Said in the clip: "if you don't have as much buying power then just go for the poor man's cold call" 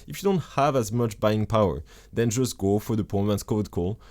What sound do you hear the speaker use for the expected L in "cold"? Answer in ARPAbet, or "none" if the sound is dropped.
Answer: none